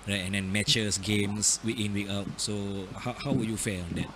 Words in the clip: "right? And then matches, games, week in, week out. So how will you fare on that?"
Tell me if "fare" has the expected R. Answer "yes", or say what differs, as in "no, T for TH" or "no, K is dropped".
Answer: no, L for R